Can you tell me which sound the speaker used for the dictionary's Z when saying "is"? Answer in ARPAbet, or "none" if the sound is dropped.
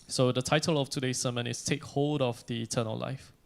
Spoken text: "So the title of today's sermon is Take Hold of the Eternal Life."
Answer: S